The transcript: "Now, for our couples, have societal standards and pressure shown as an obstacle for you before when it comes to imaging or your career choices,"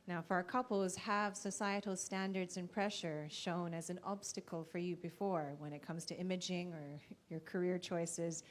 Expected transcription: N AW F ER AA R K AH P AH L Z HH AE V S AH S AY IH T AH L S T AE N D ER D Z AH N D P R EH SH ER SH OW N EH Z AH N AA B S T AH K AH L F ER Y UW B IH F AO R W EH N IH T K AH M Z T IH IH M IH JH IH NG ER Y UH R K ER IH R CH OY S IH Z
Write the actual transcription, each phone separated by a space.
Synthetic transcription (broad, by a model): N AW F ER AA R K AH P L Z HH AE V S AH S AY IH T L S T AE N D ER D Z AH N P R EH SH ER SH OW N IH Z AH N AA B S T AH K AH L F ER Y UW B IH F AO R W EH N IH T K AH M Z T IH IH M IH JH IH NG ER Y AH R K ER IH R CH OY S IH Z